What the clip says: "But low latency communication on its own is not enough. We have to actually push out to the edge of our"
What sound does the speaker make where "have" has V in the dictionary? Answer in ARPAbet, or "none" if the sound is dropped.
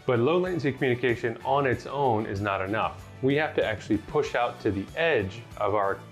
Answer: F